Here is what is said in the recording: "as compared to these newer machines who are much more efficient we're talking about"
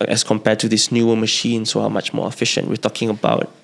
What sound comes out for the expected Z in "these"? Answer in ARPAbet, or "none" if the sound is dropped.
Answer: S